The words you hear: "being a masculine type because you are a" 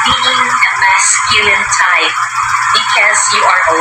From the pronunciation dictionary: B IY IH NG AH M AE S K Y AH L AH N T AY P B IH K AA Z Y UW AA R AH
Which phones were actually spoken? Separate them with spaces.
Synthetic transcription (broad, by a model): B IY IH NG AH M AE S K Y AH AH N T AY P B IH K AA Z Y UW AA R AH